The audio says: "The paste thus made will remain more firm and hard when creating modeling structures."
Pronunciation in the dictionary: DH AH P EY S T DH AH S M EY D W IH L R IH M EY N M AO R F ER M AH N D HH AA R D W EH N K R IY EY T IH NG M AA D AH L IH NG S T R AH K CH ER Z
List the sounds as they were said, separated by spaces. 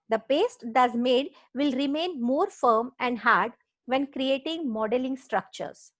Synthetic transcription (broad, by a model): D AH P EY S T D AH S M EY D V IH L R IH M EY N M AO R F ER M AH N D HH AA R D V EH N K R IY EY T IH NG M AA D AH L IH NG S T R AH K CH ER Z